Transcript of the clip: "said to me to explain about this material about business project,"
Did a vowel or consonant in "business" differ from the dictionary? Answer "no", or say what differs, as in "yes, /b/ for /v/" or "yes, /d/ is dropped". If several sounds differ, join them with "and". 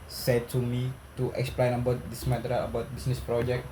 yes, /s/ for /z/